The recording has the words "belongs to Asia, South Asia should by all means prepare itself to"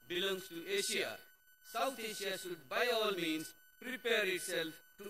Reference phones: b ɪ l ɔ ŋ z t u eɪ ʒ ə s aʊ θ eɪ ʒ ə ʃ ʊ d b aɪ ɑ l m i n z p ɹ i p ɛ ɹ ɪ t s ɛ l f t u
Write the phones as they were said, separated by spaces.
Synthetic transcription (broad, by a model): b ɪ l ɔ ŋ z t u eɪ ʃ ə s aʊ t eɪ ʃ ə ʃ ʊ d b aɪ ɑ l m i n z p ɹ i p ɛ ɹ ɪ t s ɛ l f t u